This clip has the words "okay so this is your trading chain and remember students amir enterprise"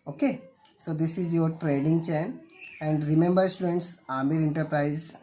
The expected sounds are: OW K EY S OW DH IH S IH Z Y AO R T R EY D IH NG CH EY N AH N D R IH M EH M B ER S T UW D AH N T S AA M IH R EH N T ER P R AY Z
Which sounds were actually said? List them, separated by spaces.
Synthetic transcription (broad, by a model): OW K EY S OW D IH S IH Z Y AO R T R EY D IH NG CH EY N AH N D R IH M EH M B ER S T UW D AH N T S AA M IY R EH N T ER P R AY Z